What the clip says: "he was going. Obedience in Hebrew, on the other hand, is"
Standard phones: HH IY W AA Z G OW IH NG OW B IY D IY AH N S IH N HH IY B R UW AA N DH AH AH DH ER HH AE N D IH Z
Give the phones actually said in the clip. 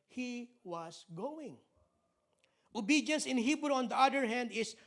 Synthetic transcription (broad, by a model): HH IY W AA S G OW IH NG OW B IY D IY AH N S IH N HH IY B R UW AA N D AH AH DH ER HH AE N D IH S